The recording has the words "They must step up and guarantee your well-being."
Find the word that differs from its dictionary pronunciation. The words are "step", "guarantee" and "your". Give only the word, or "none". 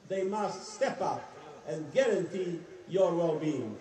none